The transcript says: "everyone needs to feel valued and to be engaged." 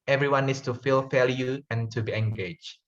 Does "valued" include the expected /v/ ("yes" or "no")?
no